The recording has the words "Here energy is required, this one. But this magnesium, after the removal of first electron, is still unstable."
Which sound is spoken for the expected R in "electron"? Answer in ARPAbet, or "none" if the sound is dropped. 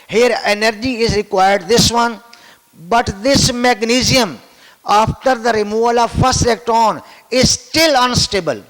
none